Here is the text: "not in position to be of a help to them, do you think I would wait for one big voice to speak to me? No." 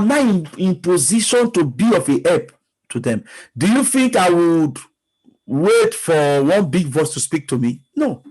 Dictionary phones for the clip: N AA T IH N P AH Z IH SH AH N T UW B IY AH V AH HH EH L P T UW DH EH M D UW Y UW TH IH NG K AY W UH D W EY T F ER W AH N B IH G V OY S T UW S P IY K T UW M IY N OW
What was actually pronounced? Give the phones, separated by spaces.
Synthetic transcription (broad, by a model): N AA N IH N P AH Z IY SH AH N T UW B IY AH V AH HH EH P T UW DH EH M D UW Y UW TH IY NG K AY W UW D W EY T F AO W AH N B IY G V OY S T UW S P IY K T UW M IY N OW